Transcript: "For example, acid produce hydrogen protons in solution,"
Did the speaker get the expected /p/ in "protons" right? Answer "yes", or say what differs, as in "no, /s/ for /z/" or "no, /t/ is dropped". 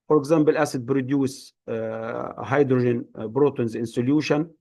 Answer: no, /b/ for /p/